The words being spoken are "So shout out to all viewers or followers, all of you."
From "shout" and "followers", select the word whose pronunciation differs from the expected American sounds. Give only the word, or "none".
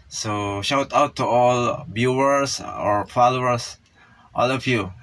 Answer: followers